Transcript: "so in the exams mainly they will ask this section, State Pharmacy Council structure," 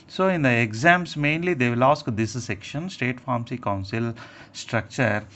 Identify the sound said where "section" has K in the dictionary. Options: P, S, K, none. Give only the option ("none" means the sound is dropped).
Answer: K